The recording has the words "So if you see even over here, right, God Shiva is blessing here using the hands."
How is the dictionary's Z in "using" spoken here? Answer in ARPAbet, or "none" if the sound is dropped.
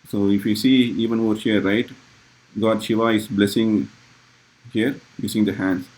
S